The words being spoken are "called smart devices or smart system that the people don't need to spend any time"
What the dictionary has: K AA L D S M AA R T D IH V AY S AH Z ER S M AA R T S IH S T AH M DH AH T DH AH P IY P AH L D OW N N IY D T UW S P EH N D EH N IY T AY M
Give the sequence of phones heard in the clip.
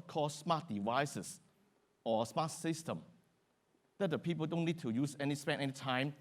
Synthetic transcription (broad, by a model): K AA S M AA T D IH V AY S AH S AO S M AA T S IH S T AH M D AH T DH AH P IY P AH L D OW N N IY D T UW S P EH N EH N IY T AY M